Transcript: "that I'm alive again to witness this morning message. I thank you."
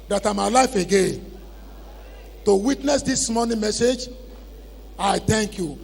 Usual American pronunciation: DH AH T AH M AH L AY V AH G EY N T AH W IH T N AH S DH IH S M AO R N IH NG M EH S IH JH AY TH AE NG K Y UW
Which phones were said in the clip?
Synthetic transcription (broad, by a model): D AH T AH M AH L AY F AH G EY N T AH W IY T N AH S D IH S M AO N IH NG M EH S IH JH AY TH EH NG K Y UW